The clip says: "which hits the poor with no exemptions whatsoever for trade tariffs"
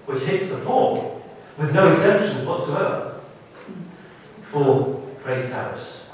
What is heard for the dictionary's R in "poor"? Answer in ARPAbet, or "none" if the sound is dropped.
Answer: L